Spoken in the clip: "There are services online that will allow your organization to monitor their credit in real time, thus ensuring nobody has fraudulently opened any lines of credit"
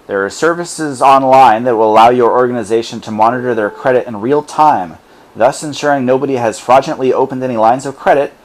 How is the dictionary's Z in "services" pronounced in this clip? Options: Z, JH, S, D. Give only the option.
Z